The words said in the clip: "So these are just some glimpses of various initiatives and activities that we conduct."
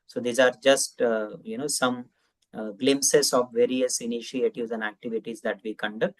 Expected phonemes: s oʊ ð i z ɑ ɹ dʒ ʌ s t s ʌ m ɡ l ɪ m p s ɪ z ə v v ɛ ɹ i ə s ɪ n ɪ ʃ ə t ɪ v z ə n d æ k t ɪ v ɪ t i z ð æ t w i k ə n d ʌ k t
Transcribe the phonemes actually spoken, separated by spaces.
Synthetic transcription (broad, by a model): s oʊ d i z ɑ ɹ dʒ ʌ s t s ʌ m ɡ l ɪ m s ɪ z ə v v ɛ ɹ i ə s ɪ n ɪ ʃ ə t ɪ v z ə n d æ k t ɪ v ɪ t i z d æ t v i k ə n d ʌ k t